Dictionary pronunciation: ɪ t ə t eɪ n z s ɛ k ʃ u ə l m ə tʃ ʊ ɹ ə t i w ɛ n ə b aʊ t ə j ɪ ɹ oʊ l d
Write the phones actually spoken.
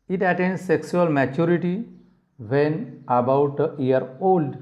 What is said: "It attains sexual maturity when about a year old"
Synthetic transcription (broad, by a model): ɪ t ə t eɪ n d s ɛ k s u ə l m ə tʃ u ɹ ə t i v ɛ n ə b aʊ t ə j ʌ ɹ oʊ l d